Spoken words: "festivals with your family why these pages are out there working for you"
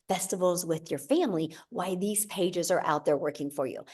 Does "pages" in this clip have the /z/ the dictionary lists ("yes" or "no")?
yes